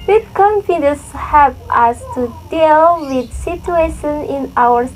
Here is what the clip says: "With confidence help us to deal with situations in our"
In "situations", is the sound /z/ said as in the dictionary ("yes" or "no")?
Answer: no